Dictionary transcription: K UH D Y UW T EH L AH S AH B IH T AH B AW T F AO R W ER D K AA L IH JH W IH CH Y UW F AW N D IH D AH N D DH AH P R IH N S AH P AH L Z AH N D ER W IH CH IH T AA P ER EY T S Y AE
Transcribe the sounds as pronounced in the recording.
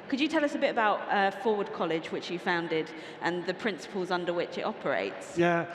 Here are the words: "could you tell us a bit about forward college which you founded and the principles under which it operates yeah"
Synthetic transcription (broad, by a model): K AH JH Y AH T EH L AH S AH B IH T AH B AW T F AO W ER D K AA L IH JH W IH CH Y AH F AW N D IH D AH N DH AH P R IH N S AH P AH L Z AH N D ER W IH CH IH T AA P ER EY T S Y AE